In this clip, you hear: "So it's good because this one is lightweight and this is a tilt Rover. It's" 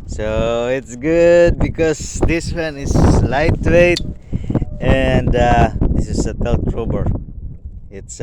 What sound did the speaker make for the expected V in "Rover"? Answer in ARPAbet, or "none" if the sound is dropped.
B